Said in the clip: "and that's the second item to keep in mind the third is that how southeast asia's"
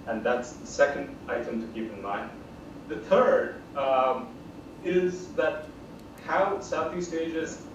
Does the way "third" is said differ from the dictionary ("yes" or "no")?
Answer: no